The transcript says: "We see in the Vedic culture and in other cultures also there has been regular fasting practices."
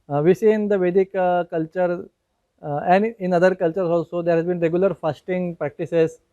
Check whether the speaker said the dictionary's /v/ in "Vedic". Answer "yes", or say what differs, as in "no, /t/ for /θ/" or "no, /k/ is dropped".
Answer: yes